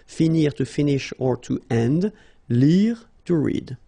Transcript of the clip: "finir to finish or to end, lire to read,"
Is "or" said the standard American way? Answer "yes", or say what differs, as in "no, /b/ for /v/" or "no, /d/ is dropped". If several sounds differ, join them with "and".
yes